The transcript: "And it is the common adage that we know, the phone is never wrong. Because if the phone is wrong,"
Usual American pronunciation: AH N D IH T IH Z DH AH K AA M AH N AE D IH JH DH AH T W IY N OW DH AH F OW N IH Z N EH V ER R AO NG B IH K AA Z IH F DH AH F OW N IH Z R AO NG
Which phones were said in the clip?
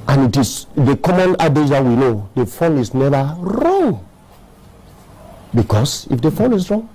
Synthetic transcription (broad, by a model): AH N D IH T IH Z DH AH K AA M AH N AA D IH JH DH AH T W IY N OW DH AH F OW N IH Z N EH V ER R AO NG B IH K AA S IH F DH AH F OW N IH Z R AO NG